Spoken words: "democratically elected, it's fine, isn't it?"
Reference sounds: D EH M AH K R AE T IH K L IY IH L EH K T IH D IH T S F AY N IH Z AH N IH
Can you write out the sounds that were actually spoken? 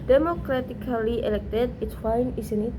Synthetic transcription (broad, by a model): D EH M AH K R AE T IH K L IY IH L EH K T IH D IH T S F AY N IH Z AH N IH